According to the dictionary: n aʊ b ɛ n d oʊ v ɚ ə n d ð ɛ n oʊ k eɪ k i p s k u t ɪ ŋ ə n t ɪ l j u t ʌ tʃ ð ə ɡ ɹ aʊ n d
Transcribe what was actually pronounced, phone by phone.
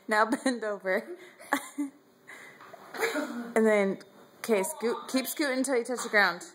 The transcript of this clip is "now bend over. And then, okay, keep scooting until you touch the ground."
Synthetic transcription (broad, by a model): n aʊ b ɛ n d oʊ v ɚ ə n ð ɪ n k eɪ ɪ s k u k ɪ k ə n t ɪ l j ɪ t ʌ tʃ ð ə ɡ ɹ aʊ n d